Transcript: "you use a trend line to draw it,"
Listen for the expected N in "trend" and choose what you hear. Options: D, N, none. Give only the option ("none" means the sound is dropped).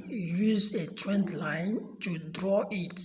N